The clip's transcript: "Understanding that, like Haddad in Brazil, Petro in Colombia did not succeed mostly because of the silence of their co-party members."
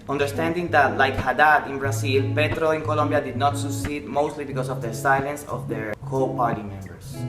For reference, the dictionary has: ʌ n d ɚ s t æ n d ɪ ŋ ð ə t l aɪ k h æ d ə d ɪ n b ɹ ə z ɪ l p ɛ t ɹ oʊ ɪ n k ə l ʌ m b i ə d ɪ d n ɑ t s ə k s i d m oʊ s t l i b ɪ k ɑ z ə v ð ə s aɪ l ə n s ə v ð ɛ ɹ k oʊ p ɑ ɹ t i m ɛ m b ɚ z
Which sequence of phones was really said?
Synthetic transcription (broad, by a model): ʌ n d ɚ s t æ n d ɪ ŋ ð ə t l aɪ k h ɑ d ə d ɪ n b ɹ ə s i l p ɛ t ɹ oʊ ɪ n k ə l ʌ m b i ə d ɪ d n ɑ t s ə k s i d m oʊ s t l i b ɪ k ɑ s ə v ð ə s aɪ l ə n s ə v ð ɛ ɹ k oʊ p ɑ ɹ t i m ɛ m b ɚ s